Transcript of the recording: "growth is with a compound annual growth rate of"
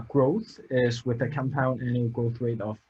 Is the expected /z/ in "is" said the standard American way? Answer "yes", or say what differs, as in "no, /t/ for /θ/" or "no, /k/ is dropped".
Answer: yes